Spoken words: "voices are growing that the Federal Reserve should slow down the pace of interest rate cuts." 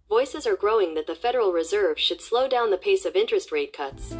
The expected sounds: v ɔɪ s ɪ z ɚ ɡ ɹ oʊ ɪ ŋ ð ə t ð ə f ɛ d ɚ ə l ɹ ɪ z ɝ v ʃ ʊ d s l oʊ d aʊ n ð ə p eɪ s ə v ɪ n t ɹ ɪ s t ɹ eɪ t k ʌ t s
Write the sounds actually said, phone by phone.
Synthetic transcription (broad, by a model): v ɔɪ s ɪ z ɚ ɡ ɹ oʊ ɪ ŋ ð ə t ð ə f ɛ d ɚ l ɹ ɪ z ɝ v ʃ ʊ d s l oʊ d aʊ n ð ə p eɪ s ə v ɪ n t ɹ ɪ s t ɹ eɪ t k ʌ t s